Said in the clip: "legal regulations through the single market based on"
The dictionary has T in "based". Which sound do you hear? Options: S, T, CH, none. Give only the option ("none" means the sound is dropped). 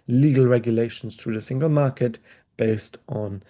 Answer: T